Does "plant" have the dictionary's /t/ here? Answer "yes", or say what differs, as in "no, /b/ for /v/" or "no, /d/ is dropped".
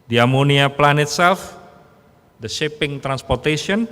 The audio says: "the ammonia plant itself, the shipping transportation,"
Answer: no, /t/ is dropped